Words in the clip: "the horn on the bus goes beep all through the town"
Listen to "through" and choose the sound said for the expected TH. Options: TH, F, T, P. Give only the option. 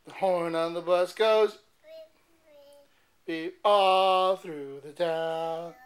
TH